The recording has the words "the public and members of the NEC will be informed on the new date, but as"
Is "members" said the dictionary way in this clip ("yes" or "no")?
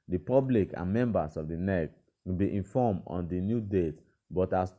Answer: no